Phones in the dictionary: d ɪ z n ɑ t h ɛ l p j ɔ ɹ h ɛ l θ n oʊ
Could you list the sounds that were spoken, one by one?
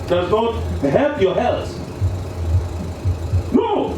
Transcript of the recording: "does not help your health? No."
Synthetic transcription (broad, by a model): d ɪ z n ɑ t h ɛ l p j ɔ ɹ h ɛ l s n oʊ